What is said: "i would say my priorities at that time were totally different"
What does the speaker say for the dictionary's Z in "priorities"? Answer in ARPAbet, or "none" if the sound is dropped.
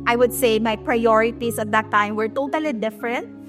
S